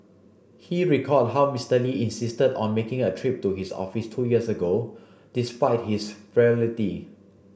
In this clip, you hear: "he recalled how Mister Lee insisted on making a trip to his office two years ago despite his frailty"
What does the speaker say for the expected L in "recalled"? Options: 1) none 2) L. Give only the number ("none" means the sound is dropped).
1